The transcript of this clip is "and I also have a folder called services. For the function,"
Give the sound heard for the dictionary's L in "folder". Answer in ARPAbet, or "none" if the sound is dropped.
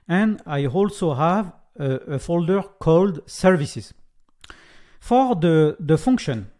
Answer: L